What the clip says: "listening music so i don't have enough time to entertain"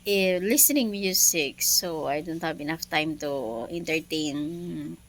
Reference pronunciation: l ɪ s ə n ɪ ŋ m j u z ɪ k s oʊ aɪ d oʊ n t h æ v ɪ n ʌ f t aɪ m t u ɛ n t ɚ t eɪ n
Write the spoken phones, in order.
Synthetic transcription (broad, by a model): l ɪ s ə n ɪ ŋ m j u s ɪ k s oʊ aɪ d oʊ n t h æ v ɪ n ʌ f t aɪ m t u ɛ n t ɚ t eɪ n